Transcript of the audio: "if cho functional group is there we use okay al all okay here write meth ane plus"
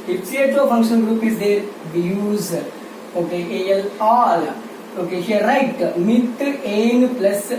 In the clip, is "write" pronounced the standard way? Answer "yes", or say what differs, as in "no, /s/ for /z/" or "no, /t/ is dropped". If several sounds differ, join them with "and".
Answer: yes